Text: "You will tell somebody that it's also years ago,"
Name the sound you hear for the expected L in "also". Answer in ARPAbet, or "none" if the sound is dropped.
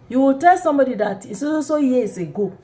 none